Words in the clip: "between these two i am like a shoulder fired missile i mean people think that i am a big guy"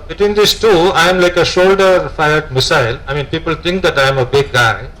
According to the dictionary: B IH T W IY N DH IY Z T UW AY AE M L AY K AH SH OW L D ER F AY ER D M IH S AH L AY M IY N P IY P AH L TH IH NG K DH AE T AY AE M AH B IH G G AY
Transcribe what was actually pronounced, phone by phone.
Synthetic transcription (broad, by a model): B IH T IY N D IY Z T UW AY M L AY K AH SH OW L D ER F AY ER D M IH S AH L AY M IY N P IY P AH L T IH NG K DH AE T AY M AH B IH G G AY